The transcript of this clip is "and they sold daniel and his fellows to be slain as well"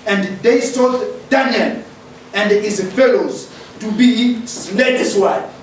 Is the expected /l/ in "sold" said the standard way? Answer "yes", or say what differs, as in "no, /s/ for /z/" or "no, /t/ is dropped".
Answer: no, /l/ is dropped